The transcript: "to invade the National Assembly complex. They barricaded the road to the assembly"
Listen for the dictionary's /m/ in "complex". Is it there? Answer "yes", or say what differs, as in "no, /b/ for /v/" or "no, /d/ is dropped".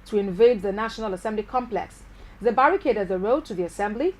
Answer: yes